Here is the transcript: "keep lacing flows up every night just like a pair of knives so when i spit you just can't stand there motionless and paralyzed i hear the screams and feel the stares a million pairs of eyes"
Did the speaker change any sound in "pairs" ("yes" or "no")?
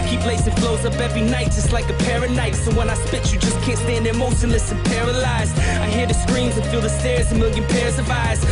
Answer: no